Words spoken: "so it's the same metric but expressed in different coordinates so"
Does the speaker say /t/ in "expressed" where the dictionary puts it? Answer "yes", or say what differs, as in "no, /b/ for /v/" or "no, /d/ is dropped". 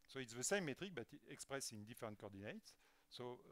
no, /t/ is dropped